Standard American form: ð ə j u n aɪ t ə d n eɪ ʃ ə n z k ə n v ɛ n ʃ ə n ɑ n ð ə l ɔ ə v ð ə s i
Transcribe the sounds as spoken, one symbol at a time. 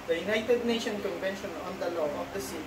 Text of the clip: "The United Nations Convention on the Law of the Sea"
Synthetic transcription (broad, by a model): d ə j u n aɪ t ə d n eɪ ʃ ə n k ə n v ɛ n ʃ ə n ɑ n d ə l ɔ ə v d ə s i